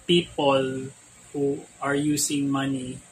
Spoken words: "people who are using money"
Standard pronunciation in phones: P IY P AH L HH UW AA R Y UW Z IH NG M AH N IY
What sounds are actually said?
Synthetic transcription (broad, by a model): P IY P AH L HH UW AA R Y UW S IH NG M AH N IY